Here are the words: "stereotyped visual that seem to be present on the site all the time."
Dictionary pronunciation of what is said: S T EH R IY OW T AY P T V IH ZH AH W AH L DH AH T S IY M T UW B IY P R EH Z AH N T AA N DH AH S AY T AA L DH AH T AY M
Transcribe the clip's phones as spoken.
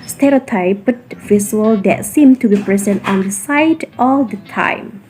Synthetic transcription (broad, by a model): S T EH R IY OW T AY P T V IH S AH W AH L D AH T S IY M T UW B IY P R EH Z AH N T AA N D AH S AY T AA L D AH T AY M